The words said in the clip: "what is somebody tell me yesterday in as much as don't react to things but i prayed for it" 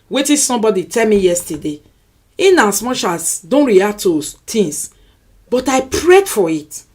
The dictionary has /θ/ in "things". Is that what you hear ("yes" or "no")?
no